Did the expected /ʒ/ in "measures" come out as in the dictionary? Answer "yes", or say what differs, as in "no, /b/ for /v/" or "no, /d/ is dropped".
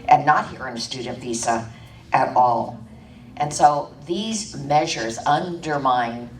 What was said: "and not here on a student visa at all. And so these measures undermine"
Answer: yes